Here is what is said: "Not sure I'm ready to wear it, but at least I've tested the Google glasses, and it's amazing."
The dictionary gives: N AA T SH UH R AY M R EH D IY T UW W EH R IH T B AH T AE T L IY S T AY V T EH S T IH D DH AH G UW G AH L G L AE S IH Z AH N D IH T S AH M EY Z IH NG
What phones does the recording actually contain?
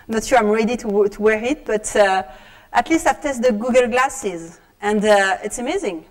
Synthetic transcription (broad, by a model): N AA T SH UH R AY M R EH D IY T UW W EH R IH T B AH T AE T L IY S T AY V T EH S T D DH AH G UW G AH L G L AE S IH Z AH N D IH T S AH M EY Z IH NG